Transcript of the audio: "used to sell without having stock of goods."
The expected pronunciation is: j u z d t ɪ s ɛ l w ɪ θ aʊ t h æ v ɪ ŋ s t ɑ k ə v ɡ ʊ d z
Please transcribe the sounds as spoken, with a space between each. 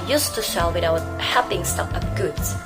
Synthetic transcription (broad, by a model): j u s t ɪ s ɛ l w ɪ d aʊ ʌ h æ p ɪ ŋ s t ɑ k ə p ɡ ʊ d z